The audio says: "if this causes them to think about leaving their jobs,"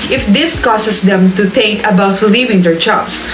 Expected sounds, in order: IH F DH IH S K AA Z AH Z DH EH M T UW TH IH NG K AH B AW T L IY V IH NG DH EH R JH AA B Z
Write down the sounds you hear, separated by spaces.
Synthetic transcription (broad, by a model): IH F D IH S K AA S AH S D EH M T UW T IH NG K AH B AW T L IY V IH NG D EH R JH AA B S